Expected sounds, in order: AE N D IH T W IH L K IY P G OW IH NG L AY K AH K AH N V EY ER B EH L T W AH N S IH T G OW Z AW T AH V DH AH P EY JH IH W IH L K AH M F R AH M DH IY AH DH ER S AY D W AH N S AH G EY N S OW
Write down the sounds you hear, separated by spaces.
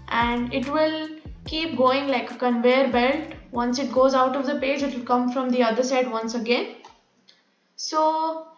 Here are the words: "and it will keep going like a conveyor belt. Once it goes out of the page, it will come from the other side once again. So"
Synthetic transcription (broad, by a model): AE N D IH T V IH L K IY P G OW IH NG L AY K AH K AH N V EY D B EH L T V AH N S IH T G OW Z AW T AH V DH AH P EY JH IH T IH L K AH M F R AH M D IY AH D ER S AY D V AH N S AH G EY N S OW